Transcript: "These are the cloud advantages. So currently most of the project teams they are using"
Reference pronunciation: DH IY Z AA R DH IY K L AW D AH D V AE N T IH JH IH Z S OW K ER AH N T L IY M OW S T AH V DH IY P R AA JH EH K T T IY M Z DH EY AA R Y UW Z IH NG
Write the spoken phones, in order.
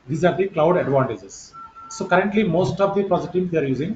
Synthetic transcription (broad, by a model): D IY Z AA R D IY K L AW D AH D V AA N T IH JH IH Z S OW K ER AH N T L IY M OW S T AH V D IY P AA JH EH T T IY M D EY AA R Y UW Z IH NG